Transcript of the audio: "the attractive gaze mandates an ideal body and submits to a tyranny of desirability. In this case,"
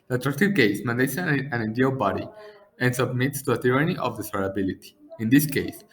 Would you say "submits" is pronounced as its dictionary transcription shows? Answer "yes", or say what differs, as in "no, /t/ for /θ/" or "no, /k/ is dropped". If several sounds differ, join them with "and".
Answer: yes